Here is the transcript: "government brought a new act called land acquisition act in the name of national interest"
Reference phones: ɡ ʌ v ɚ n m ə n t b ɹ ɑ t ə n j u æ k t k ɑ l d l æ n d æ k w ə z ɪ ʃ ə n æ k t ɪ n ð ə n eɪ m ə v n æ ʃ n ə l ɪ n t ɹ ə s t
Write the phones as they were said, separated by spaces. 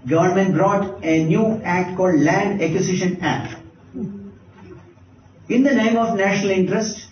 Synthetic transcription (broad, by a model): ɡ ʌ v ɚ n m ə n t b ɹ ɑ t ə n j u æ k t k ɑ l d l æ n d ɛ k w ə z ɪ ʃ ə n æ k t ɪ n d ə n eɪ m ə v n æ ʃ n ə l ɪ n t ɹ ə s t